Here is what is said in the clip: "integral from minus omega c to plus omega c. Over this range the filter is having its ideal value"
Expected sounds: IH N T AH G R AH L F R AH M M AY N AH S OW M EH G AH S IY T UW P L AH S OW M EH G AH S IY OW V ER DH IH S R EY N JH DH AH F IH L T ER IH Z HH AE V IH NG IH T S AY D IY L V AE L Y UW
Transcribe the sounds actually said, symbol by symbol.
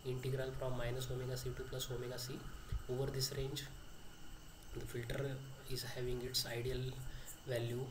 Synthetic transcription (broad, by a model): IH N T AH G R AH L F R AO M M AY N AH S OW M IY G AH S IY T UW P L AH S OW M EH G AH S IY OW V ER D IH S R EY N JH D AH F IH L T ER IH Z HH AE V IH NG IH T S AY D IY L V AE L Y UW